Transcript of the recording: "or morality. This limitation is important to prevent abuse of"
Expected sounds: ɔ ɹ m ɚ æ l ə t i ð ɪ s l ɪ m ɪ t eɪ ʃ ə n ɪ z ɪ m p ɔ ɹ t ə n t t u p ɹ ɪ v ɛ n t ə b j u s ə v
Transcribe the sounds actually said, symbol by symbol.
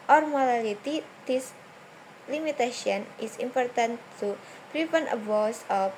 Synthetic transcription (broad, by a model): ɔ ɹ m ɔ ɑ l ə t i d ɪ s l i m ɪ t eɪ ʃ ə n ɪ s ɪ m p ɔ ɹ t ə n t t u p ɹ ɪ p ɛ n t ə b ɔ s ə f